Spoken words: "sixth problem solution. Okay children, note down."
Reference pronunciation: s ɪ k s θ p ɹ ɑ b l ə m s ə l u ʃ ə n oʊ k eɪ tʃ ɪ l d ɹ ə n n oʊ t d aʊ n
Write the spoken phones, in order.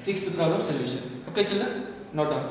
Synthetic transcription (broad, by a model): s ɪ k s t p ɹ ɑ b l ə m s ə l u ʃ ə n oʊ k eɪ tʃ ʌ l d ə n n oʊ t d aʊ